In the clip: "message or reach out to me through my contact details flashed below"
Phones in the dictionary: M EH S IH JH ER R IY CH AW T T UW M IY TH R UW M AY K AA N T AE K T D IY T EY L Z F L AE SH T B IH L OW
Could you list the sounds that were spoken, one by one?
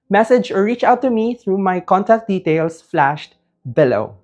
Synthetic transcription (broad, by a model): M EH S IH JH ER R IY CH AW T T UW M IY TH R UW M AY K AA N T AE K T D IY T EY L S F L AE SH T B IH L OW